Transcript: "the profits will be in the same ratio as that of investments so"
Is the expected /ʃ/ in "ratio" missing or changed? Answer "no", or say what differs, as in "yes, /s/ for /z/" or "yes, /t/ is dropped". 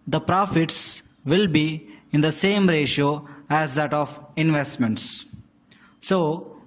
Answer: no